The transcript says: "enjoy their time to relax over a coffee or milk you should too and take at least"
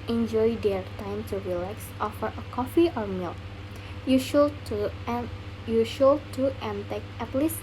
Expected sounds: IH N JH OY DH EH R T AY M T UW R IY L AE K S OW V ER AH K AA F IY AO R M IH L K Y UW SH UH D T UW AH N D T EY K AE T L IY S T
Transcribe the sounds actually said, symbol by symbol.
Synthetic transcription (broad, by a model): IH N JH OY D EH R T AY M T UW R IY L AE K S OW F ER AH K AA F IY AO R M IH L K Y UW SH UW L T UW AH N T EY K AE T L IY S